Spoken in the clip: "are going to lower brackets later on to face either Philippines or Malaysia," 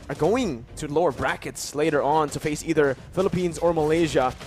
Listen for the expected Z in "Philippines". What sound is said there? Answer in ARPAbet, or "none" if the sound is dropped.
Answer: Z